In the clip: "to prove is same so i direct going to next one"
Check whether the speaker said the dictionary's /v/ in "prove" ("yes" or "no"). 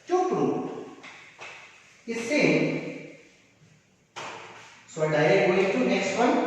no